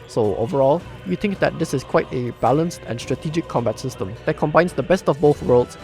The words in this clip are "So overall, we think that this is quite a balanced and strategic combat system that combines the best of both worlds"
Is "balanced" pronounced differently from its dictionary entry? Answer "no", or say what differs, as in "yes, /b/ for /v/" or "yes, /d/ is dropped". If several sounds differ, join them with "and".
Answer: no